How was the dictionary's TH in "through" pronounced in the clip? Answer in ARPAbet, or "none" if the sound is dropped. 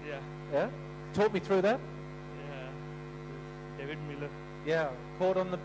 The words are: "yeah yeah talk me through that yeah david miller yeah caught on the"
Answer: TH